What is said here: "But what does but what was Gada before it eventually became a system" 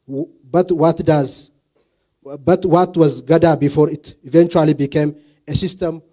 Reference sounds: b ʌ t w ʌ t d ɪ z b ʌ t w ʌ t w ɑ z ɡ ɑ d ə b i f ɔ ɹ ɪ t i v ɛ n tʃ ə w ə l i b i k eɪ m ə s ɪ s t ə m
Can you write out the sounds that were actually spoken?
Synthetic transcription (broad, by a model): b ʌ t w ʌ t d ɪ z b ʌ t w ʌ t w ɑ z ɡ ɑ d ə b i f ɔ ɹ ɪ t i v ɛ n tʃ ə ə l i b i k eɪ m ə s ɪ s t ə m